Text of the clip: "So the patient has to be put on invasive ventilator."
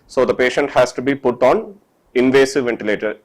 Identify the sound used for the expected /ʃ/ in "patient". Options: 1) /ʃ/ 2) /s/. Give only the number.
1